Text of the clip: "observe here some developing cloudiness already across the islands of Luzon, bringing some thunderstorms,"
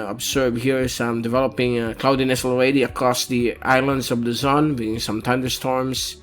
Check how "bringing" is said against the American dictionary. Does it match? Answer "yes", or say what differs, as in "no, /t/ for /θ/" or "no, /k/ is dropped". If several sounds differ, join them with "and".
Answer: no, /ɹ/ is dropped and /ŋ/ is dropped